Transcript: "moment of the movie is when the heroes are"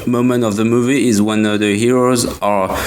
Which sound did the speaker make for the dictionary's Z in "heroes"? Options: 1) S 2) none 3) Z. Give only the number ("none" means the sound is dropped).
3